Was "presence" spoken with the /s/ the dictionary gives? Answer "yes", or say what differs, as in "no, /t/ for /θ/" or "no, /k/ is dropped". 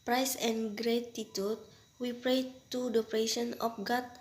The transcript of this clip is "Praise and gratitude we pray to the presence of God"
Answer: no, /s/ is dropped